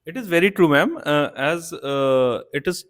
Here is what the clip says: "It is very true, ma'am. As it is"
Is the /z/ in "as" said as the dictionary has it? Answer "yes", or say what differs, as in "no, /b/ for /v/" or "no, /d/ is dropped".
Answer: yes